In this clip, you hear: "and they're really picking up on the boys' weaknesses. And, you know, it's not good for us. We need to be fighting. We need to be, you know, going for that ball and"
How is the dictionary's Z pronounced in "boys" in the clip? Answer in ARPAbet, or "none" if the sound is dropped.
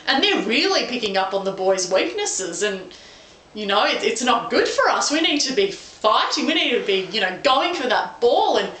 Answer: Z